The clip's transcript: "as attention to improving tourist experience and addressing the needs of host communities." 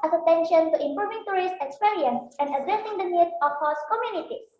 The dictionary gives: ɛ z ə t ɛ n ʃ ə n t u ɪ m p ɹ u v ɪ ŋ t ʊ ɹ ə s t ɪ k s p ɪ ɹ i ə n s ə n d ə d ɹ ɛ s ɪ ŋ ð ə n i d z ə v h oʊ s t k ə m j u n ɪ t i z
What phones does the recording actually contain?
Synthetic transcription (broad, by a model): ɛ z ə t ɛ n ʃ ə n t u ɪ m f ɹ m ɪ ŋ t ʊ ɹ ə s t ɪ k s p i ɹ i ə n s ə n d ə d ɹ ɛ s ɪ ŋ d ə n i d ə f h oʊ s k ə m j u n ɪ t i